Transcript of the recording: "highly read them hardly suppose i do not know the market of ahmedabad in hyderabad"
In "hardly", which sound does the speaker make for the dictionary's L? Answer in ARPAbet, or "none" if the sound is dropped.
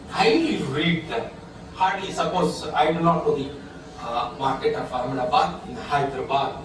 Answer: none